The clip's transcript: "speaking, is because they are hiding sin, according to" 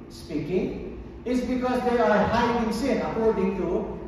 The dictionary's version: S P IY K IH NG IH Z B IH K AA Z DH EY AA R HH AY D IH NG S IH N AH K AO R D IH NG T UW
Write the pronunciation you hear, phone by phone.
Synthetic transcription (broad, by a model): S P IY K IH NG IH S B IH K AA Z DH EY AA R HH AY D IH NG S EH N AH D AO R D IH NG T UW